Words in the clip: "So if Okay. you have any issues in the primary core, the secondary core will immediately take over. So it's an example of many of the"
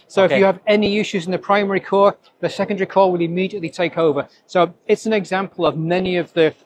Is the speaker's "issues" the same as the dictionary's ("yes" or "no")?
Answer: yes